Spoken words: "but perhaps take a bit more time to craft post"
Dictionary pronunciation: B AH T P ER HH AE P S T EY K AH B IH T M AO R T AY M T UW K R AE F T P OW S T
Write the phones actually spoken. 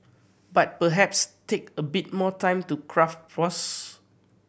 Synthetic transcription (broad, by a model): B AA T P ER HH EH P S T EY K AH B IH T M AO T AY M T UW K R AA F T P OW S